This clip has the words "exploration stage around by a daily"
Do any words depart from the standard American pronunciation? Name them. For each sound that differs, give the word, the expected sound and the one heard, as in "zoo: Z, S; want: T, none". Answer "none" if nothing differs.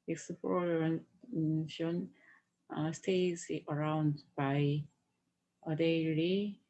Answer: stage: JH, Z